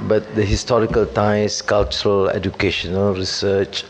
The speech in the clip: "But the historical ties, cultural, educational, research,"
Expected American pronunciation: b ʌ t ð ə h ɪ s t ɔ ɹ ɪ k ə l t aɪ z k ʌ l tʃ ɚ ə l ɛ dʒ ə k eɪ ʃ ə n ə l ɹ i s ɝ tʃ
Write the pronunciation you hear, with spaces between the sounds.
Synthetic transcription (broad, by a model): b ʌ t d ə h ɪ s t ɔ ɹ ɪ k ə l t aɪ s k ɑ l tʃ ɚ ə l ɛ dʒ ə k eɪ ʃ ə n ə l ɹ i s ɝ tʃ